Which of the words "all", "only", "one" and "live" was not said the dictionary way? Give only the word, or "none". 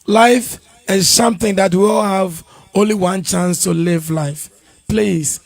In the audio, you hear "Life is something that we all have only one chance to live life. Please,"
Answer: none